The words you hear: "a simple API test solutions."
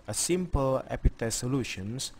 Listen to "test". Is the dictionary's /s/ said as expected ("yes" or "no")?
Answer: no